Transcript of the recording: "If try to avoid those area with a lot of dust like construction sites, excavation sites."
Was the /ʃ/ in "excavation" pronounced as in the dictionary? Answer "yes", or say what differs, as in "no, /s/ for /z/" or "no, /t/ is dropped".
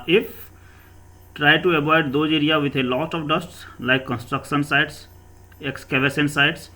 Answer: no, /s/ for /ʃ/